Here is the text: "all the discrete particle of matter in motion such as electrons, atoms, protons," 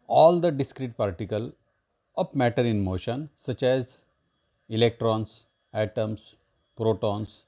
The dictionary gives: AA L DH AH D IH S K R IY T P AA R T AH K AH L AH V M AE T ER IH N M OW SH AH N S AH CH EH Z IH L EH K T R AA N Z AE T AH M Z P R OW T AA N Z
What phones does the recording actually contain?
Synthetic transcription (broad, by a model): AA L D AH D IH S K R IY T P AA R T AH K AH L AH P M AE T ER IH N M OW SH AH N S AH CH EH Z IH L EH K T R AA N S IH T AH M S P R OW T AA N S